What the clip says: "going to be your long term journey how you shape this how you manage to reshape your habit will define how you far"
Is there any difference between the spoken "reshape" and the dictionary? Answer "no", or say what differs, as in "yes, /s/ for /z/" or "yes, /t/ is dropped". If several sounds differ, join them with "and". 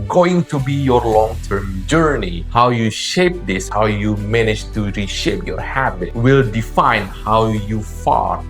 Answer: no